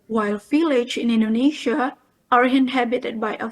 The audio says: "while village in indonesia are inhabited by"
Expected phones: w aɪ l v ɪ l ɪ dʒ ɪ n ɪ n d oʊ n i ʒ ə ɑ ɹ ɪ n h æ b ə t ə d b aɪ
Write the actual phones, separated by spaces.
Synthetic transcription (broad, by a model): w aɪ l f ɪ l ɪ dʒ ɪ n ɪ n d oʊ n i ʃ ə ɑ ɹ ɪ n h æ b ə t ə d b aɪ